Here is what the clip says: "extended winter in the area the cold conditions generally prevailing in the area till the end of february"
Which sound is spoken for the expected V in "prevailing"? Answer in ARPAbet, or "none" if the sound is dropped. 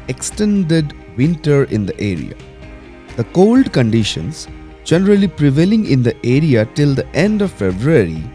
V